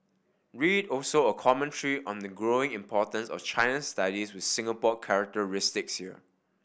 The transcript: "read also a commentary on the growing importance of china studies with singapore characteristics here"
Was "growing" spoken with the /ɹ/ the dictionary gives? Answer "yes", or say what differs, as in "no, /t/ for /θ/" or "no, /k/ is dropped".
yes